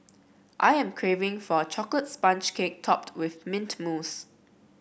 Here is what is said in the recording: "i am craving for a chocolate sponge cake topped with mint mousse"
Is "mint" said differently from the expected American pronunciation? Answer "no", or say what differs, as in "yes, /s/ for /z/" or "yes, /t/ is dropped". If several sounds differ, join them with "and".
no